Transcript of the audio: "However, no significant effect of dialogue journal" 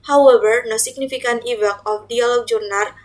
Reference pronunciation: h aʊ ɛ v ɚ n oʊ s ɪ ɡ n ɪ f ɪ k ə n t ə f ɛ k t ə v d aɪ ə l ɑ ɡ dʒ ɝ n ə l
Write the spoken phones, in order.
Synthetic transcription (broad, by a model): h aʊ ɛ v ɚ n oʊ s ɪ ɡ n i f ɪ k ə n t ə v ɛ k ə f d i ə l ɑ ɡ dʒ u n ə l